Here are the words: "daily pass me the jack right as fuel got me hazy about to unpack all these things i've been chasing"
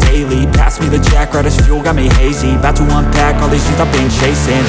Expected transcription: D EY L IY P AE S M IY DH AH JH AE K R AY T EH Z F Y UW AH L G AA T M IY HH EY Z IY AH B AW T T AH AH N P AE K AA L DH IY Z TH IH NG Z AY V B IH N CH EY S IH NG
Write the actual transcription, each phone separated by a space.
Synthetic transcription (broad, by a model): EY L IY P AE S M IY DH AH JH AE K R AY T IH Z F Y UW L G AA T M IY HH EY Z IY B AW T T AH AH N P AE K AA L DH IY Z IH Z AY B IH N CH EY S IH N